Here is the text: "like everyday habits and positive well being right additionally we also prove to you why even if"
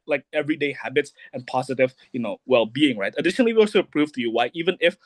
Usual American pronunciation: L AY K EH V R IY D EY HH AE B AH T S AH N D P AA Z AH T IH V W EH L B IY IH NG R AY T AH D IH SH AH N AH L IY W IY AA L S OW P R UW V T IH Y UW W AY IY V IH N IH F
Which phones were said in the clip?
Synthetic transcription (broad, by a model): L AY K EH V R IY D EY HH AE B AH T S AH N P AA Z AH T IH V W EH L B IY IH NG R AY T AH D IH SH AH N AH L IY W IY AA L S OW P R UW V T IH Y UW W AY IY V IH N IH F